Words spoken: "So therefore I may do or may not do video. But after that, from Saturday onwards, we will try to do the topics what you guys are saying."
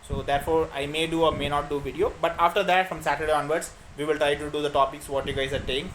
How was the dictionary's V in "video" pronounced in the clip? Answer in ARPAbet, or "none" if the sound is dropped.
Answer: V